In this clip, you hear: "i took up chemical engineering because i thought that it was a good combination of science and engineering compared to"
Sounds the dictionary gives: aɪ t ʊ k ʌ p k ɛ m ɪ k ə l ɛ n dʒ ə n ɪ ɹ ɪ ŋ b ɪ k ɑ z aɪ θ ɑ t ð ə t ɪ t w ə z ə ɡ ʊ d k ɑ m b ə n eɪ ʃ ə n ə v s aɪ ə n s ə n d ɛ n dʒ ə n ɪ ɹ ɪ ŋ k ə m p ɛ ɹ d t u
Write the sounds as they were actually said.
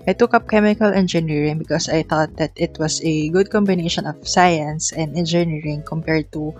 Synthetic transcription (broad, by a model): aɪ t ʊ k ʌ p k ɛ m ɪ k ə l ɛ n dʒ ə n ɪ ɹ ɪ ŋ b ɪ k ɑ s aɪ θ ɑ t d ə t ɪ t w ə s ə ɡ ʊ d k ɑ m b ə n eɪ ʃ ə n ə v s aɪ ə n s ə n d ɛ n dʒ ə n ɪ ɹ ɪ ŋ k ə m p ɛ ɹ d t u